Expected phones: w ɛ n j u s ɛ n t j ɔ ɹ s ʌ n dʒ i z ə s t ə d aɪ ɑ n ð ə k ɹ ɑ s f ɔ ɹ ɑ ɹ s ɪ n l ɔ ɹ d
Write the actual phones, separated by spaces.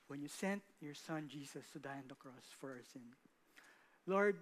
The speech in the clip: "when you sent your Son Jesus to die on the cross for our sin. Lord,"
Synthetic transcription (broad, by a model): w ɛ n j u s ɛ n t j ɔ ɹ s ʌ n dʒ i s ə s t ə d aɪ ɑ n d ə k ɹ ɑ s f ɔ ɹ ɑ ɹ s ɪ n l ɔ ɹ d